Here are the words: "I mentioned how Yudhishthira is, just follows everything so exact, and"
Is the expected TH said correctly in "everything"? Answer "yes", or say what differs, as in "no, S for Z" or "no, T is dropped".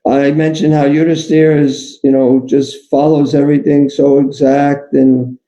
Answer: yes